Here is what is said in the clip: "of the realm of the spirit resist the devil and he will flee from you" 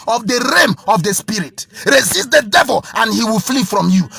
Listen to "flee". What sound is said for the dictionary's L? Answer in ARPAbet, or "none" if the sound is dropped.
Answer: L